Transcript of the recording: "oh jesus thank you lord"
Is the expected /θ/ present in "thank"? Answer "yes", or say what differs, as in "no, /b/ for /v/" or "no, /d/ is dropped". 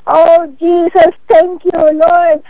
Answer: no, /t/ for /θ/